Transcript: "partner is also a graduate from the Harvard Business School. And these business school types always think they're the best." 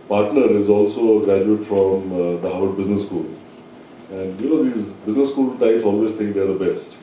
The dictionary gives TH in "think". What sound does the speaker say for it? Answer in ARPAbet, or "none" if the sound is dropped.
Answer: T